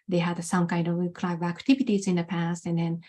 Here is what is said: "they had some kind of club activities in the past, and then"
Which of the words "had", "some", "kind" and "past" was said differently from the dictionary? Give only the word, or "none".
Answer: none